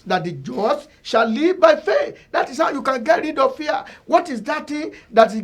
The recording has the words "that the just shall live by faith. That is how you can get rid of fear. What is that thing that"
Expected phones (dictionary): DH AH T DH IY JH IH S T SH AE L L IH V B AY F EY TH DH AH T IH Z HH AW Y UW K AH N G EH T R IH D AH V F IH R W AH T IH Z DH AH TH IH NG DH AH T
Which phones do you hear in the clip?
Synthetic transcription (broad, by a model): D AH T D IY JH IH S SH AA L L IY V B AY F EY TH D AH T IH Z HH AW Y UW K AH N G EH T R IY D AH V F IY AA W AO T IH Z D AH T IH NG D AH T